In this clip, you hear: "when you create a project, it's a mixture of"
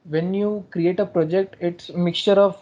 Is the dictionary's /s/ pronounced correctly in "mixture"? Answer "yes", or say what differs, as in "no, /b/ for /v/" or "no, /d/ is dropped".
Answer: yes